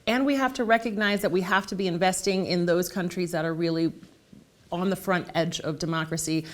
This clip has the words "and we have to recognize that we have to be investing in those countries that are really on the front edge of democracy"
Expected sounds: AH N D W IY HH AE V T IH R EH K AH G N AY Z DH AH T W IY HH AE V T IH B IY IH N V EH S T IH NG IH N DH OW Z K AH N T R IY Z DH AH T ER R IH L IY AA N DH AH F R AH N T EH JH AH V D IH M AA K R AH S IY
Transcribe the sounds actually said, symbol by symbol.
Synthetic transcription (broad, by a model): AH N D W IY HH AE F T IH R EH K AH G N AY Z DH AH T W IY HH AE F T IH B IY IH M V EH S T IH NG IH N DH OW Z K AH N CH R IY Z DH AH T ER R IH L IY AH N DH AH F R AH N T EH JH AH V D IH M AA K R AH S IY